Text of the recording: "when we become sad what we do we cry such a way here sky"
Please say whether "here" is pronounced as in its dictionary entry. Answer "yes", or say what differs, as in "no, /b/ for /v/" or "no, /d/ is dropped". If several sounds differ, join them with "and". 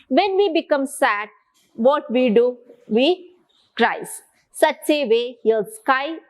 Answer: no, /l/ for /ɹ/